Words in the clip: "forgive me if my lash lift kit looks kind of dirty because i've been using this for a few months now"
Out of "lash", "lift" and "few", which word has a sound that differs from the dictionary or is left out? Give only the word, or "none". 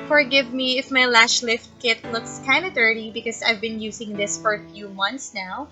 none